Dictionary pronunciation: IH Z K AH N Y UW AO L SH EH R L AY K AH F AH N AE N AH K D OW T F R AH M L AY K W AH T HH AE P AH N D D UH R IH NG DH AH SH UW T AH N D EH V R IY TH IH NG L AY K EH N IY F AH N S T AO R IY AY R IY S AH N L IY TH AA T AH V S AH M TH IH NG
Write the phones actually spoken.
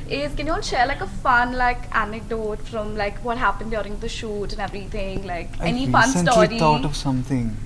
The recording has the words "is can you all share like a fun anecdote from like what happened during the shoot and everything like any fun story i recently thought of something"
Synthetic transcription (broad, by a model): IH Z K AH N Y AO N SH EH R L AY K AH F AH N AE N AH K D OW T F R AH M L AY K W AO T HH AE P AH N D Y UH R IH NG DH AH SH UW T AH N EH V R IY T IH NG L AY K EH N IY F AH N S S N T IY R IY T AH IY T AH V S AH M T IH NG